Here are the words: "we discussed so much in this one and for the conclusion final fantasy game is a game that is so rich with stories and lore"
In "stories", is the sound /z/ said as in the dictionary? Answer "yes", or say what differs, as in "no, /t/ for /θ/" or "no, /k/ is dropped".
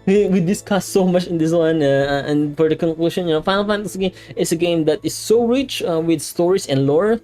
no, /s/ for /z/